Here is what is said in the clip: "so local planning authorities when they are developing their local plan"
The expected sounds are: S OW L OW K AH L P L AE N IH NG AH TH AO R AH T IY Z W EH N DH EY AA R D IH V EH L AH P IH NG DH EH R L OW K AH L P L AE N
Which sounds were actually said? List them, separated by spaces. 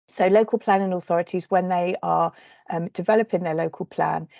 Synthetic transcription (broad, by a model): S OW L OW K AH L P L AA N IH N AH TH AO R AH T IY Z W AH N DH EY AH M D IH V EH L AH P IH NG DH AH L OW K AH L P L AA N